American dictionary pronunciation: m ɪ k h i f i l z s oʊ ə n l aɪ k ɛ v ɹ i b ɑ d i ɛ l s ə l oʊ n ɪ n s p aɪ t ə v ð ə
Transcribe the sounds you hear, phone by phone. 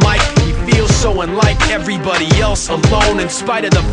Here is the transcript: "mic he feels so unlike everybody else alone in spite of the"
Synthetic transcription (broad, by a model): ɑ ɪ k h i f i l z s oʊ ə n l aɪ k ɛ v ɹ i b ɑ d i ɛ l s ə l oʊ n ɪ n s p aɪ t ə v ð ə